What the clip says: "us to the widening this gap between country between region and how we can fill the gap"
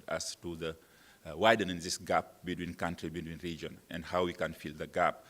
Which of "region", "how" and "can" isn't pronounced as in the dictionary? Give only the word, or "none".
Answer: none